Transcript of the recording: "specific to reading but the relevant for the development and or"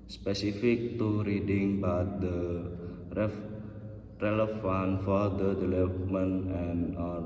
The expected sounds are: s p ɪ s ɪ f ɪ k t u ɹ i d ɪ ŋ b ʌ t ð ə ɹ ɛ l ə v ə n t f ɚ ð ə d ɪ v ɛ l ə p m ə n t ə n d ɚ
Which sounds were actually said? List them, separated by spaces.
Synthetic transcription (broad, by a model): s p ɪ s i f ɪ k t u ɹ i d ɪ ŋ b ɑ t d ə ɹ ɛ l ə f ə n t f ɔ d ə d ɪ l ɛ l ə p m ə n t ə n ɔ